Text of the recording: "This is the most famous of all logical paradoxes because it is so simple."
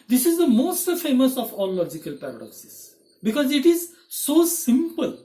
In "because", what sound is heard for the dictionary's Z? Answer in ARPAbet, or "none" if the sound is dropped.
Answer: Z